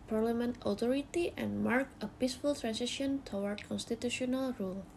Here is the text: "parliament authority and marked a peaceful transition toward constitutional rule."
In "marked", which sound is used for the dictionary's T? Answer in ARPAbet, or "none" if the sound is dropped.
none